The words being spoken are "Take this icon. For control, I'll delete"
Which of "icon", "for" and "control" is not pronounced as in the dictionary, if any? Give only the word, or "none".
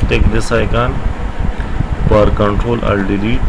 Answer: for